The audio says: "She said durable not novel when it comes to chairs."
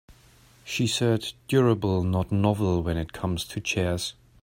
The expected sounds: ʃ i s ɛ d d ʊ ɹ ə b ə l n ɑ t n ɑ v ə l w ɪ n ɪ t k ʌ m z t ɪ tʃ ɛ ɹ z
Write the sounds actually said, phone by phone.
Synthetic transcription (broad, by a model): ʃ i s ɛ d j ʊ ɹ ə b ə l n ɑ t n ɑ v l w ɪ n ɪ t k ʌ m z t ɪ tʃ ɛ ɹ z